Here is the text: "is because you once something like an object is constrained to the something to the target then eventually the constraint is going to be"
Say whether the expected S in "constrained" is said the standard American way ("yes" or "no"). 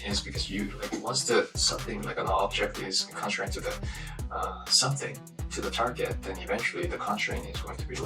no